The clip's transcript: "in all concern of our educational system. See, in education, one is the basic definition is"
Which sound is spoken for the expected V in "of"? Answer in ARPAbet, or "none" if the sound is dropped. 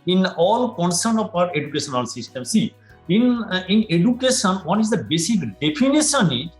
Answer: P